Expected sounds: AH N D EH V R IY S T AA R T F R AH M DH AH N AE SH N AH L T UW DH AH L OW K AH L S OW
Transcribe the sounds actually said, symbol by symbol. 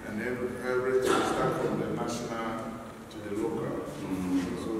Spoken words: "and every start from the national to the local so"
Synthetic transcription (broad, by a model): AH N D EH P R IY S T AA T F R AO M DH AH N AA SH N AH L T UW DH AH L OW K AH L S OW